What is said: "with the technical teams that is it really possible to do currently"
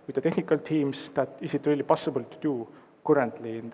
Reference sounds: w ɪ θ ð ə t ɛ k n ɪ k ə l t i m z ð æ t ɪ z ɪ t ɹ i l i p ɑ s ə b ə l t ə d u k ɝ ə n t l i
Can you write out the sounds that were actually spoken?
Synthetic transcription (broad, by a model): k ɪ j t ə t ɛ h n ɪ k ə l t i m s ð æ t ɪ s ɪ t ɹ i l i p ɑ s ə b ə l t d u k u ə n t l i